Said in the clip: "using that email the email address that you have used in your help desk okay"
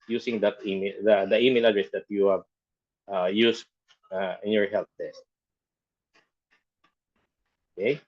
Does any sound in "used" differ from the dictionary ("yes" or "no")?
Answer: yes